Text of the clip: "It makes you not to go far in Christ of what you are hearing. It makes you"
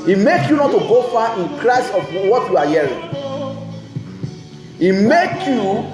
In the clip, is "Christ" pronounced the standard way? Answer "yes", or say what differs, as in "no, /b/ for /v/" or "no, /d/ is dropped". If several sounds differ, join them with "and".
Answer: no, /t/ is dropped